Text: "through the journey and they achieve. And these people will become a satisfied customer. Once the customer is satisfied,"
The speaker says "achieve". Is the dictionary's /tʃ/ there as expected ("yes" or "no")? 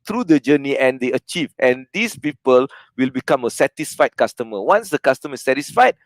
yes